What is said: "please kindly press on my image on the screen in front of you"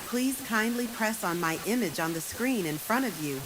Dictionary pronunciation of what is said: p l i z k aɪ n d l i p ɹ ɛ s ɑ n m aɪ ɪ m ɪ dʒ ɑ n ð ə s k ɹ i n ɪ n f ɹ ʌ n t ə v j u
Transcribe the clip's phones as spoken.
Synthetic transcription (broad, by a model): p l i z k aɪ n d l i p ɹ ɛ s n m aɪ ɪ m ɪ dʒ n ð ə s k ɹ i n ɪ n f ɹ ʌ t ə v j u